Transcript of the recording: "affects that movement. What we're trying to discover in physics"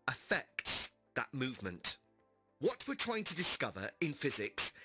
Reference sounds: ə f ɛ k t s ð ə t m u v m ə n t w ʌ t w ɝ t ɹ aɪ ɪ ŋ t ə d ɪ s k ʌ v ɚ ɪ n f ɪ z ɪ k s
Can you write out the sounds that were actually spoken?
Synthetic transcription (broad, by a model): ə f ɛ k t s ð ə t m u v m ə n t w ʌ t w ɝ t ɹ aɪ ɪ ŋ t ə d ɪ s k ʌ v ɚ ɪ n f ɪ z ɪ k s